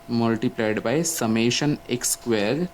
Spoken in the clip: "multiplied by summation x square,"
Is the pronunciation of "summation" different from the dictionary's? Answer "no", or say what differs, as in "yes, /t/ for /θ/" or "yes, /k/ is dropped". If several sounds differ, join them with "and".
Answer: no